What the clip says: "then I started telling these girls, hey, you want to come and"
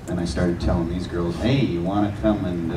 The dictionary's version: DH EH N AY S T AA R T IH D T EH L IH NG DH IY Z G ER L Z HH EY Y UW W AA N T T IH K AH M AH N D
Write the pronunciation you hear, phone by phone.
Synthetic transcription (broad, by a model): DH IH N AY S T AA R T IH D T EH L IH NG DH IY Z G ER L Z HH EY Y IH W AA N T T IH K AH M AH N